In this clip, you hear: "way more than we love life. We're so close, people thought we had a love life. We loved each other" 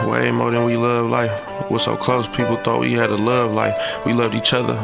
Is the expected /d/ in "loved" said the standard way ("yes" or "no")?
yes